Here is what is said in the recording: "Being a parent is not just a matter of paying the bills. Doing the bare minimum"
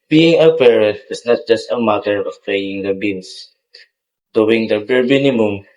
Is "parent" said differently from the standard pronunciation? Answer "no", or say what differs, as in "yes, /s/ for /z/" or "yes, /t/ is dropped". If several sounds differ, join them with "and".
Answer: yes, /n/ is dropped